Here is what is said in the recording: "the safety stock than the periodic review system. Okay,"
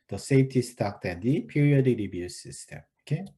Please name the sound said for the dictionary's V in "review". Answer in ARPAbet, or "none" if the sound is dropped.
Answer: B